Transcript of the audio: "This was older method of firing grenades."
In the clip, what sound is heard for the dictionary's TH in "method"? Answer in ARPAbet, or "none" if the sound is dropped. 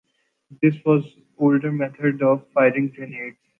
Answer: T